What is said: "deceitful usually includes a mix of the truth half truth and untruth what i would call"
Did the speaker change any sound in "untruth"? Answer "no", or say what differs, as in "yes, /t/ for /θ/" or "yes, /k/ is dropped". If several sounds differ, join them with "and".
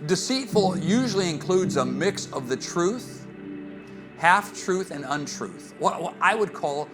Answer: no